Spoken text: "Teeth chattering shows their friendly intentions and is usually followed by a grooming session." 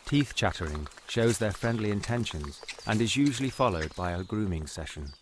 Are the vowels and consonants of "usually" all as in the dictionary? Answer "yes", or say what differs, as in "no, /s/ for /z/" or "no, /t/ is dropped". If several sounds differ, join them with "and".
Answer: yes